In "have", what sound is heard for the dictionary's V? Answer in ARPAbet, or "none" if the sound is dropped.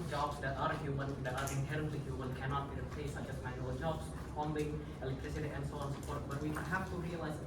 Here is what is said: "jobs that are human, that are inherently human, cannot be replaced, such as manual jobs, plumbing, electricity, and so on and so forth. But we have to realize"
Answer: F